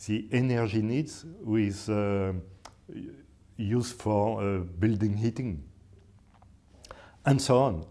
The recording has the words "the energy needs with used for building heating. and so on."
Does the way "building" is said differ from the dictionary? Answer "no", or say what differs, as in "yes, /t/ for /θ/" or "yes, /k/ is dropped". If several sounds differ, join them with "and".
no